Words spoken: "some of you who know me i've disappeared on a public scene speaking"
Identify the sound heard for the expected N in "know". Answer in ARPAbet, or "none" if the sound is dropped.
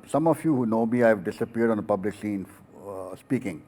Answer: N